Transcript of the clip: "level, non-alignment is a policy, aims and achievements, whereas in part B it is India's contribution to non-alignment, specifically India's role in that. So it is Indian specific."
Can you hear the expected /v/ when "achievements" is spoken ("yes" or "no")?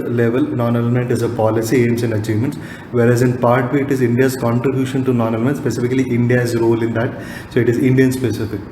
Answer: yes